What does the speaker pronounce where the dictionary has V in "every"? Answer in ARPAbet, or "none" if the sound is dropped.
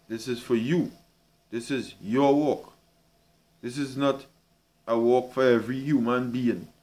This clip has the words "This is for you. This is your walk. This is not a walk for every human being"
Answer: V